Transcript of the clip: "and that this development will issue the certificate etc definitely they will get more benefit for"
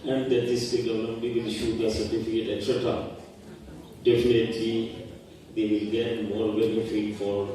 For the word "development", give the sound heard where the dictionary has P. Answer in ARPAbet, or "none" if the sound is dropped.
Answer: none